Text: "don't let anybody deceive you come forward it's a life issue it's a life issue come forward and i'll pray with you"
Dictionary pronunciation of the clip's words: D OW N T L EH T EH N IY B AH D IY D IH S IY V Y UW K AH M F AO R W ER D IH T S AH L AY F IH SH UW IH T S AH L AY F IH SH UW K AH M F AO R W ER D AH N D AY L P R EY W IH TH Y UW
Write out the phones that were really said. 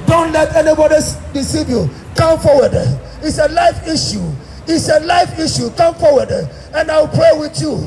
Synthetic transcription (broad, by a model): D OW N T L EH T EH N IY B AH D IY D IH S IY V Y UW K AH M F AO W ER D IH T S AH L AY F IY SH UW IH T S AH L AY F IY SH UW K AH M F AO W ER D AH N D AY W P R EY W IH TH Y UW